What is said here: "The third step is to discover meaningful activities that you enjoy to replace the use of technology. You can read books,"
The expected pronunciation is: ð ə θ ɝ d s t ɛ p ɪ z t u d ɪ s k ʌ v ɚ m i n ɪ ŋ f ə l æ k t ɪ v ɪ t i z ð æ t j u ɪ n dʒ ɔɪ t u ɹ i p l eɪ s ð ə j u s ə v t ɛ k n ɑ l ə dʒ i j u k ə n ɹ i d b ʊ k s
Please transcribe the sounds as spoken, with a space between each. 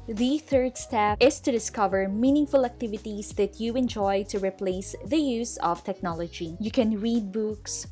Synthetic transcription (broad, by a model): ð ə θ ɝ d s t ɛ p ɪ s t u d ɪ s k ʌ v ɚ m i n ɪ ŋ f ə l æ k t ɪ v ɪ t i s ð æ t j u ɪ n dʒ ɔɪ t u ɹ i p l eɪ s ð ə j u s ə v t ɛ k n ɑ l ə dʒ i j u k ə n ɹ i d b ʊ k s